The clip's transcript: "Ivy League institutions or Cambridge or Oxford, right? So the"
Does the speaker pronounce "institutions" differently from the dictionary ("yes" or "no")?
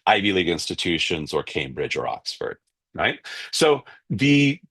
no